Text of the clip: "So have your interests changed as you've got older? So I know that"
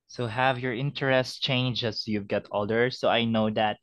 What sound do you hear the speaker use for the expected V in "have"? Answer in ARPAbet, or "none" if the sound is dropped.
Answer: V